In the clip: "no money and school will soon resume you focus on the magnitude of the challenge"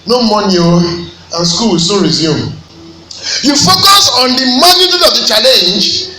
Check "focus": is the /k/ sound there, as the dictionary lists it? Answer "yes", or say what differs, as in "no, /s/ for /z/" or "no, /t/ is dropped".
yes